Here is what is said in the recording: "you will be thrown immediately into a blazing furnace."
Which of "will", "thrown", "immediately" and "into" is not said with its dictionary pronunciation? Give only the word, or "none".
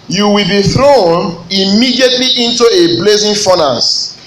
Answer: none